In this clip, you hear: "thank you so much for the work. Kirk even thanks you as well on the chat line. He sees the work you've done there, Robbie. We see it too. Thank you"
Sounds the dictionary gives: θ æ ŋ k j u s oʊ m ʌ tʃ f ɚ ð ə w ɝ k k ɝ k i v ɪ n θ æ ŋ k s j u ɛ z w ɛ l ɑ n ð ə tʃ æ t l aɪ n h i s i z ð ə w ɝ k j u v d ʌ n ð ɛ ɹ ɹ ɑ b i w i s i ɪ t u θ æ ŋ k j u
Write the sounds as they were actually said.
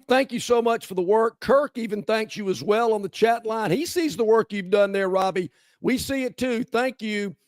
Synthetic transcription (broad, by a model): θ æ ŋ k j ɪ s oʊ m ʌ tʃ f ɚ ð ə w ɝ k k ɝ k i v ɪ n θ æ ŋ k s j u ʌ z w ɛ l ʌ n ð ə tʃ æ t l aɪ n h i s i z ð ə w ɝ k j u v d ʌ n ð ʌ ɹ ɹ ɑ b i w i s i ɪ t u θ æ ŋ k j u